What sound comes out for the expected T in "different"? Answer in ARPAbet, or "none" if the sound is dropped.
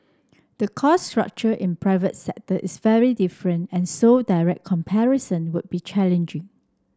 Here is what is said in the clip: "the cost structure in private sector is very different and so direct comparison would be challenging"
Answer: T